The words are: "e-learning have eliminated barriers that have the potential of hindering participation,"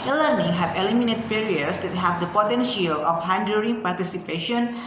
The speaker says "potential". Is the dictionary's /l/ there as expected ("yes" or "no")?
yes